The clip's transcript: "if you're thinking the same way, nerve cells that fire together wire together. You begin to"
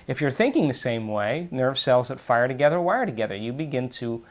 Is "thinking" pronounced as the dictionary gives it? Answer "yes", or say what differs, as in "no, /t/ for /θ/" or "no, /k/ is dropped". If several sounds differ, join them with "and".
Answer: yes